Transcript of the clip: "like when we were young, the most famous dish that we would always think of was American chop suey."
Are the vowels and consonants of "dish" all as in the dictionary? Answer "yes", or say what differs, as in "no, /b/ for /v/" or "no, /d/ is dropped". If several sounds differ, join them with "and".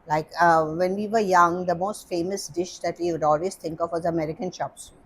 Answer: yes